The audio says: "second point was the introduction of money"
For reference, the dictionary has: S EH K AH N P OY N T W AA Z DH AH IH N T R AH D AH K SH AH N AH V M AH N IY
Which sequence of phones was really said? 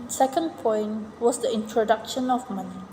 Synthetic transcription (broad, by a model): S EH K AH N P OY N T W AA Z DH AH IH N T R AH D AH K SH AH N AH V M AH N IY